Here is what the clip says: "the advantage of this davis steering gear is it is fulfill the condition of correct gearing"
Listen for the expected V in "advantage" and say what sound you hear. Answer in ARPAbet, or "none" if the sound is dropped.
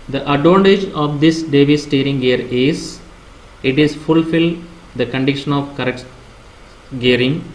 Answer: none